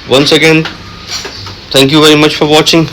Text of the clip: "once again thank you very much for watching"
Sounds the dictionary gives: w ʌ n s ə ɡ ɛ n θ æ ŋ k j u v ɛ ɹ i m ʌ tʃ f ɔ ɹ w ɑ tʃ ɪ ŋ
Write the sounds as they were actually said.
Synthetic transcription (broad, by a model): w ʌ n s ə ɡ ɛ n t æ ŋ k j u v ɛ ɹ i m ʌ tʃ f ɔ ɹ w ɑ tʃ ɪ ŋ